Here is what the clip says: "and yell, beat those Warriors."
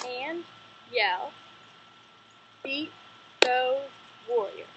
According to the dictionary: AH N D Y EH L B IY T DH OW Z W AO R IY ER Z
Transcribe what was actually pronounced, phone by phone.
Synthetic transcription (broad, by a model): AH N Y EH L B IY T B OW W AO R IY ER